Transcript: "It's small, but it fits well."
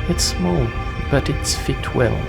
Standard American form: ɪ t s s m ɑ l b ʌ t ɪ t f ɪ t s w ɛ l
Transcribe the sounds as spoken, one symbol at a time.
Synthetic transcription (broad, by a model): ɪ t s s m ɑ l b ʌ t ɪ t f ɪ t w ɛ l